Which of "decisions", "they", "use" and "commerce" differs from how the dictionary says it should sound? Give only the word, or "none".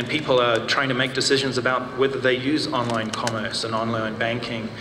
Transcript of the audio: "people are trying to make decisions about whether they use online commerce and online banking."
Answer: none